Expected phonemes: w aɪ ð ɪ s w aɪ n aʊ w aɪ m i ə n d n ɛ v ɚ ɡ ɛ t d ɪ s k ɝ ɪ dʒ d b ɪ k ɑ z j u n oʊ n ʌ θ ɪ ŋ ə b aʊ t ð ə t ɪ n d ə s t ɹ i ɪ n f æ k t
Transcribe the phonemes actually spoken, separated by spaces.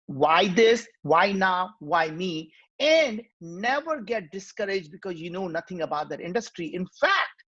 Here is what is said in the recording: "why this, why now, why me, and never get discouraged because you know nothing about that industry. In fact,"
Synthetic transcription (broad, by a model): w aɪ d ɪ s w aɪ n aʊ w aɪ m i ə n d n ɛ v ɚ ɡ ɛ t d ɪ s k ɝ ɪ dʒ d b ɪ k ɑ z j u n oʊ n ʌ t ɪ ŋ ə b aʊ t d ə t ɪ n d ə s t ɹ i ɪ n f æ k t